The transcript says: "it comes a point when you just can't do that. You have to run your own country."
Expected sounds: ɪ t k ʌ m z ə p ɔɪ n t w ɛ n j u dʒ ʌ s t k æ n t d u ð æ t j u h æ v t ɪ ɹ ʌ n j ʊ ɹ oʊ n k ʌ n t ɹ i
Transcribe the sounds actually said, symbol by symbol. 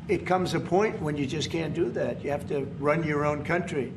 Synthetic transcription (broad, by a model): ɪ t k ʌ m z ə p ɔɪ n t w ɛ n j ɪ dʒ ʌ s k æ n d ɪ ð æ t j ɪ h æ f t ɪ ɹ ʌ n j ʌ ɹ oʊ n k ʌ n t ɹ i